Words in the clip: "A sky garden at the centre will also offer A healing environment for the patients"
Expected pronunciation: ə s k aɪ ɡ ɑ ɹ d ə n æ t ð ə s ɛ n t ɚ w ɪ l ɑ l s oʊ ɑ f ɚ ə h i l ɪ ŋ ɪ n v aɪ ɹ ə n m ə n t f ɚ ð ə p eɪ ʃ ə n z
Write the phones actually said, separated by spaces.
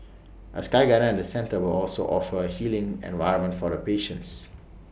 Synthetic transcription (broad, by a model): ə s k aɪ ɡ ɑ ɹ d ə ɛ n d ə s ɛ n t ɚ w ɪ l ɑ l s oʊ ɑ f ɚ ə h i l ɪ ŋ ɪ n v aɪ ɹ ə m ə n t f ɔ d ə p eɪ ʃ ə n s